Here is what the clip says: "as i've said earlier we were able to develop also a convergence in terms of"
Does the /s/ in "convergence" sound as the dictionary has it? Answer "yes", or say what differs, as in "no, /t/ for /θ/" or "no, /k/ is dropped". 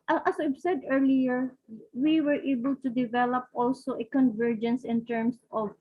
yes